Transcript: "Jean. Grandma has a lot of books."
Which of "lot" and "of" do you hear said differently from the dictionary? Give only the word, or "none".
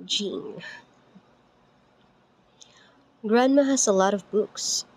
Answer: none